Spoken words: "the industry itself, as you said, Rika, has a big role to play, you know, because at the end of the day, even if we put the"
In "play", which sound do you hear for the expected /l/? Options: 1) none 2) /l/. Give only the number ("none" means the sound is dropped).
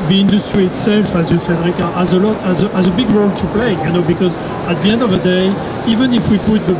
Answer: 2